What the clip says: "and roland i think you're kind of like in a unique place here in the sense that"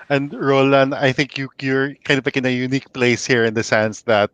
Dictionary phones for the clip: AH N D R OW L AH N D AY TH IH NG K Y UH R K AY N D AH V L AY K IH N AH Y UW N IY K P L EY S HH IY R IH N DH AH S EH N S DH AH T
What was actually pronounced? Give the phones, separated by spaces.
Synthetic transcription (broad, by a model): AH N D R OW L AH N AY TH IH NG K Y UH R K AY N D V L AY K IH N AH Y UW N IY K P L EY S HH IY R IH N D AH S EH N S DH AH T